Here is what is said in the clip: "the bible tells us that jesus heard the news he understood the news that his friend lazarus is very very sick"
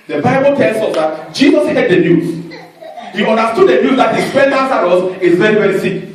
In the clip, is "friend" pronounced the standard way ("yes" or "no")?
no